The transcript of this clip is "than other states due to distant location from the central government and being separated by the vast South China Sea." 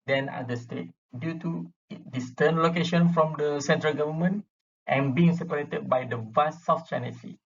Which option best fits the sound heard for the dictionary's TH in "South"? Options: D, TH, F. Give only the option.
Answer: F